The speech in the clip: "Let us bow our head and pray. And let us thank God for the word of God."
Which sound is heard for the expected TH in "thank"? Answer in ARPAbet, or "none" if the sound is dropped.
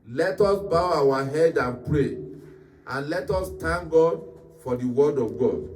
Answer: T